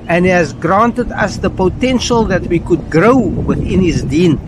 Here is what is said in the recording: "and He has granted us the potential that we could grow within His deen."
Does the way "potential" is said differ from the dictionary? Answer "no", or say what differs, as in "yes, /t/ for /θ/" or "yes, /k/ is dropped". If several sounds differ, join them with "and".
no